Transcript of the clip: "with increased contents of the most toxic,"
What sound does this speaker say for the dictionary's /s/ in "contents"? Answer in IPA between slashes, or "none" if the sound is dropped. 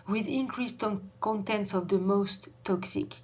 /s/